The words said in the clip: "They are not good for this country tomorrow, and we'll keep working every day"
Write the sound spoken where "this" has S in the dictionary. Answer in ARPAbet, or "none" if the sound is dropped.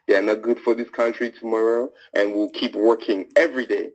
S